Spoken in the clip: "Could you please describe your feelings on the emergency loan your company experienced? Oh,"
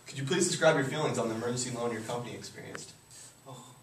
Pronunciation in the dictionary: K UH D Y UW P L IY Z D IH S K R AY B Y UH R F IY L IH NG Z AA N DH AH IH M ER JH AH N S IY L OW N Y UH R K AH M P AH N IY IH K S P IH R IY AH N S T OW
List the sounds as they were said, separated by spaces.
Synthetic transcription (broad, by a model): K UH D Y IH P L IY Z D IH S K R AY B Y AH R F IY L IH NG Z N DH AH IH M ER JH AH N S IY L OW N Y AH R K AH M P AH N IY IH K S P IH R IY AH N S T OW